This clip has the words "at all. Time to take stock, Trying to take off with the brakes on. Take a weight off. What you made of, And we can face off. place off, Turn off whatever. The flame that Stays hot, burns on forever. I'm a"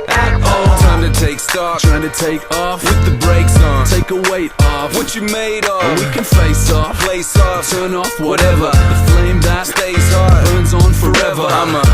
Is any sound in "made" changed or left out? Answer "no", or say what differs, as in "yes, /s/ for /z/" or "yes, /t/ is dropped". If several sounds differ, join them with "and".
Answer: yes, /d/ is dropped